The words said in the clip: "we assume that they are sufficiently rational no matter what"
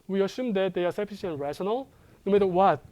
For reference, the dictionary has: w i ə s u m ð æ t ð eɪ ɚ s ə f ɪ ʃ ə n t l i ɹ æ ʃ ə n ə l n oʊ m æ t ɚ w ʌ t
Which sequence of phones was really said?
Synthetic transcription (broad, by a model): w i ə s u m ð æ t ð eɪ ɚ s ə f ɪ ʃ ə n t ɹ æ ʃ ə n ə l n oʊ m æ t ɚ w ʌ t